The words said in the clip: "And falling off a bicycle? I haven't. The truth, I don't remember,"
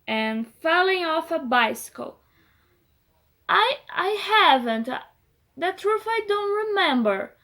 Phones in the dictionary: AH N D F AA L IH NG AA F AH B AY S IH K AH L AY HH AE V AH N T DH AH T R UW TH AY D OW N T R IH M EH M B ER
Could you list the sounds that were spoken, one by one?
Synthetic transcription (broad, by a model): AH N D F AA L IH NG AA F AH B AY S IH K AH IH AY HH AE V AH N T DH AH T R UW F AY D OW N T R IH M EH M B ER